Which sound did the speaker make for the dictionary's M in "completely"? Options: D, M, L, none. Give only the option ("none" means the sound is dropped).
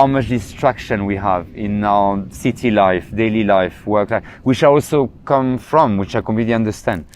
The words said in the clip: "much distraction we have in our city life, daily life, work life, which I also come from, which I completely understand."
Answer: none